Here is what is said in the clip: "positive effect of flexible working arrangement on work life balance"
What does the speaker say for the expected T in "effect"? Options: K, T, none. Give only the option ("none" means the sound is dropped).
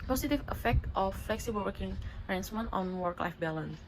T